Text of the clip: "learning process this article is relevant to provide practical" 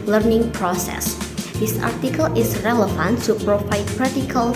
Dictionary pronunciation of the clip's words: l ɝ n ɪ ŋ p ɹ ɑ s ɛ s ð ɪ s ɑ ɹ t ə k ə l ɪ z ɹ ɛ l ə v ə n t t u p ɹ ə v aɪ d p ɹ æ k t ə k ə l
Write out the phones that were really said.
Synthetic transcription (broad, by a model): l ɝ n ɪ ŋ p ɹ ɑ s ɛ s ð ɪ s ɑ ɹ t ə k ə l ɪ s ɹ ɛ l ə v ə n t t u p ɹ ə p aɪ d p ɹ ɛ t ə k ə l